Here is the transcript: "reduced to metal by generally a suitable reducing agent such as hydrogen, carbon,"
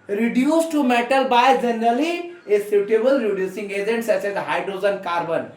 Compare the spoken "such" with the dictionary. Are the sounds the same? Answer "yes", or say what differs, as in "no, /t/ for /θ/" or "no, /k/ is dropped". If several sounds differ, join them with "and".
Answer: no, /s/ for /tʃ/